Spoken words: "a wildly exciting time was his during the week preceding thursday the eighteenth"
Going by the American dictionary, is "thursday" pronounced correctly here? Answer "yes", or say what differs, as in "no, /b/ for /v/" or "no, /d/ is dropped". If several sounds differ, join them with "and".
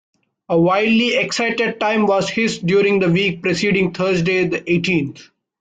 no, /t/ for /θ/